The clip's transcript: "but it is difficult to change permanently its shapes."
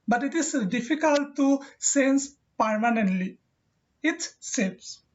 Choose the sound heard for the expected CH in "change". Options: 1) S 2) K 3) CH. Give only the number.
1